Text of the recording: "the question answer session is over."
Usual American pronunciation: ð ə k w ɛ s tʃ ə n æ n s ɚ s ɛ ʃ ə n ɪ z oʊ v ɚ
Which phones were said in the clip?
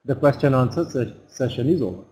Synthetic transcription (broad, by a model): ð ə k w ɛ s tʃ ə n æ n s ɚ s ɛ ʃ ə n ɪ z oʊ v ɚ